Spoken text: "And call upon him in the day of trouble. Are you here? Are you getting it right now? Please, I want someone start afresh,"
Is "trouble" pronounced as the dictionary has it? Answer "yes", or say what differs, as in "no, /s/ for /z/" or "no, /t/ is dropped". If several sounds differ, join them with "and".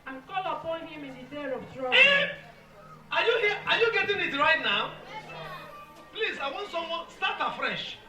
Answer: no, /b/ is dropped